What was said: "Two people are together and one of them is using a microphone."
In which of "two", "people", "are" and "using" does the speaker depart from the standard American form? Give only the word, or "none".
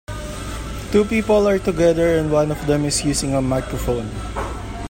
using